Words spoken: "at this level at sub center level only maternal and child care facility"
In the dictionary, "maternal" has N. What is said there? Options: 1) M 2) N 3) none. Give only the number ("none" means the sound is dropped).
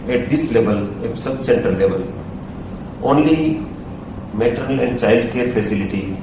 3